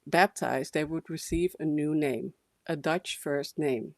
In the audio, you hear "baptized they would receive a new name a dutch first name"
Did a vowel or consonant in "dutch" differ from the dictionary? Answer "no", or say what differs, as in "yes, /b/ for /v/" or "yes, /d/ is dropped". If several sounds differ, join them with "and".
no